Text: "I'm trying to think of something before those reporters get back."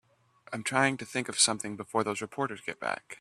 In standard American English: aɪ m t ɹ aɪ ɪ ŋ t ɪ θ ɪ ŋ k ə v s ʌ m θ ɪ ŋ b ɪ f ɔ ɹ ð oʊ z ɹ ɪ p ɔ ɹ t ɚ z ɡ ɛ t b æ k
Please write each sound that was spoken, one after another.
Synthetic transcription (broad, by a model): aɪ m t ɹ aɪ ɪ ŋ t ɪ θ ɪ ŋ k ə v s ʌ m θ ɪ ŋ b ɪ f ɔ ɹ ð oʊ z ɹ ɪ p ɔ ɹ t ɚ z ɡ ɛ t b æ k